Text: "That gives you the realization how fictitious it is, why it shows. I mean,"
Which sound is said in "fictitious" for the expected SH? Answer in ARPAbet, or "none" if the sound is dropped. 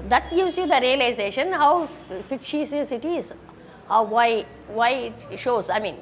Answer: S